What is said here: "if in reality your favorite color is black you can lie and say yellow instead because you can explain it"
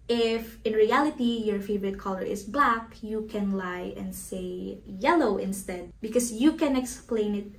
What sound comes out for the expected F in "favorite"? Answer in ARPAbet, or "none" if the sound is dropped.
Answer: F